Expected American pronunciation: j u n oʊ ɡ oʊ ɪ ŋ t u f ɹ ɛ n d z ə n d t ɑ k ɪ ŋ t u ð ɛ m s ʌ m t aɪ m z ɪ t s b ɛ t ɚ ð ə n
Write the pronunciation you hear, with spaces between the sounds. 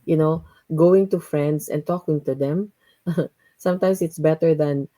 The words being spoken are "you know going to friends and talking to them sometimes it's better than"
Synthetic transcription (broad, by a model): j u n oʊ ɡ oʊ ɪ ŋ t u f ɹ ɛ n d s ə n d t ɑ k ɪ ŋ t u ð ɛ m s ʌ m t aɪ m s ɪ t s b ɛ t ɚ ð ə n